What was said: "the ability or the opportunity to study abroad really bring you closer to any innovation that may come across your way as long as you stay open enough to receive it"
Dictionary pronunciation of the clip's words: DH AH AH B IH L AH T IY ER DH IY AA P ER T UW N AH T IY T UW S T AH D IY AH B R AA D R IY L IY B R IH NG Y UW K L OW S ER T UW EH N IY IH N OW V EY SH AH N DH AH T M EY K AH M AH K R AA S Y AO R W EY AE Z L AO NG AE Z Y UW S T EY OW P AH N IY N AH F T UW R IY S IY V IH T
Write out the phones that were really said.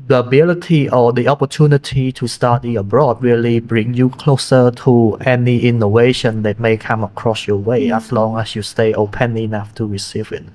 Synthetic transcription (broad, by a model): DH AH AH B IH L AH T IY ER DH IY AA P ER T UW N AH T IY T UW S T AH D IY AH B R AA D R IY L IY B R IH NG Y UW K L OW S ER T UW EH N IY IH N OW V EY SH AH N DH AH T M EY K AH M AH K R AA S Y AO W EY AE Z L AO NG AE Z Y UW S T EY OW P AH N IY N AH F T UW R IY S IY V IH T